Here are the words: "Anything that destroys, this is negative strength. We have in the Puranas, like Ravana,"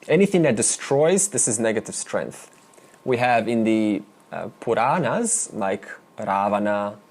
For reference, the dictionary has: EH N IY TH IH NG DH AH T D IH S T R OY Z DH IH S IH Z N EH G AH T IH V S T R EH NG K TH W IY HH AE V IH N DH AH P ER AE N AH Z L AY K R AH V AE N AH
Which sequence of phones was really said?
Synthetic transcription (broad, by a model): EH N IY TH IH NG DH AH T D IH S T R OY Z DH IH S IH Z N EH G AH T IH V S T R EH NG K TH W IY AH V IH N DH AH P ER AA N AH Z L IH K R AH V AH N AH